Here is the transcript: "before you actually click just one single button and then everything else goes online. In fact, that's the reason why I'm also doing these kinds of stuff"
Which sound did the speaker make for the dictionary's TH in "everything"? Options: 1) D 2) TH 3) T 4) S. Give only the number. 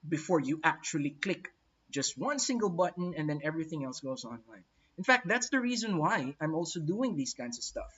2